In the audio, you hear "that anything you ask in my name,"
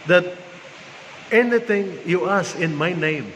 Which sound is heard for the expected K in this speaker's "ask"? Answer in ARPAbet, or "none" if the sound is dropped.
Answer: none